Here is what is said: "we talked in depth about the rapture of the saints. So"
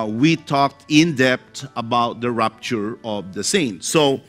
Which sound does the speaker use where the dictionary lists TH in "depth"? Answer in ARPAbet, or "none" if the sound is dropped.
T